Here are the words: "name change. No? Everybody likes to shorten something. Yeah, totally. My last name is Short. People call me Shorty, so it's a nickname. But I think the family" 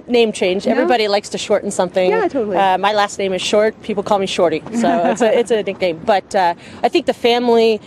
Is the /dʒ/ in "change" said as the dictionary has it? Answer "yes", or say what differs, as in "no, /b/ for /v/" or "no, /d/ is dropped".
yes